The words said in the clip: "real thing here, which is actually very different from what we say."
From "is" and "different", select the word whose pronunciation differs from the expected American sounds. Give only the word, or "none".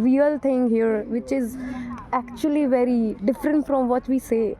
none